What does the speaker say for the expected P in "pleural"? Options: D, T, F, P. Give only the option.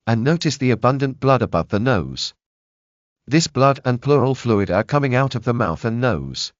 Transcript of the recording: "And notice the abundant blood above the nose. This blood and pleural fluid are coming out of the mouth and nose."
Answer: P